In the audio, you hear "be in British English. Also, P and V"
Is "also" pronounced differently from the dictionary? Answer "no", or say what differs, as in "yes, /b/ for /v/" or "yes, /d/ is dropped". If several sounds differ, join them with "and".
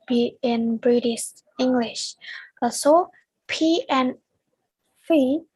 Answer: yes, /l/ is dropped